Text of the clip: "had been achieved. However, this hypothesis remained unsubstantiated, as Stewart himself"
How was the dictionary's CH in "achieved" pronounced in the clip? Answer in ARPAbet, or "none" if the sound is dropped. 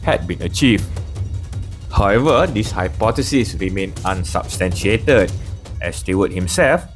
CH